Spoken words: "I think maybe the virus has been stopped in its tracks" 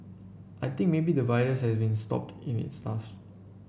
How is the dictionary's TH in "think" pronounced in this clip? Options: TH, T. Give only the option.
T